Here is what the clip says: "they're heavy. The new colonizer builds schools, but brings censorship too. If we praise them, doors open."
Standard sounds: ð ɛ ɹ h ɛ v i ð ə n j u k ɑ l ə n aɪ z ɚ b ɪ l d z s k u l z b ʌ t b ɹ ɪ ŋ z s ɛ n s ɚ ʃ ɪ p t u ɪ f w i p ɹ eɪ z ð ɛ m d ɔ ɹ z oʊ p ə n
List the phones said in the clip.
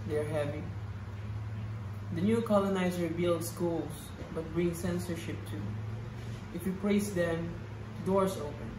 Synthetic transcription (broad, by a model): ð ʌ ɹ h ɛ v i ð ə n j u k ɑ l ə n aɪ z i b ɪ l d s k u l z b ʌ t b ɹ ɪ ŋ s ɛ n s ɚ ʃ ɪ p t u ɪ f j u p l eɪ s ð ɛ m d ɔ ɹ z oʊ p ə n